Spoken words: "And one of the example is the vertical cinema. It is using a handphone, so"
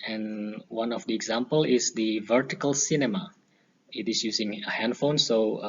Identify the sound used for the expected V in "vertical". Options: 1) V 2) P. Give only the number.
1